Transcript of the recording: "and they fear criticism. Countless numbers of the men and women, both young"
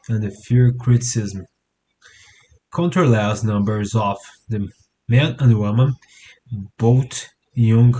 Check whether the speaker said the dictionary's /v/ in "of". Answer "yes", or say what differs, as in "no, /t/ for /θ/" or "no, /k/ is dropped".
no, /f/ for /v/